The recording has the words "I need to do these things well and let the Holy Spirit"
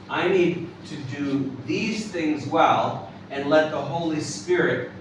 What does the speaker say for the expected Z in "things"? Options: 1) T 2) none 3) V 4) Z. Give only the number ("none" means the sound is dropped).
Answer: 4